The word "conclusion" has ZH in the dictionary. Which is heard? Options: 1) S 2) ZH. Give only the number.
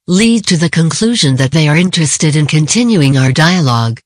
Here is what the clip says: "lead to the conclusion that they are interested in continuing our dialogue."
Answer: 2